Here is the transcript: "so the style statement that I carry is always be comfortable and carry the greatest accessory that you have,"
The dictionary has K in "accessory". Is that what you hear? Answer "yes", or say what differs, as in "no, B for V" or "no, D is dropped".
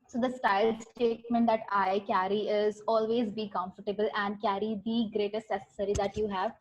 no, K is dropped